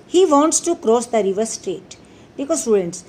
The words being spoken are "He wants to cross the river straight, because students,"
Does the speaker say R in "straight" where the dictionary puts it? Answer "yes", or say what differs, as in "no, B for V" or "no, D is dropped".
yes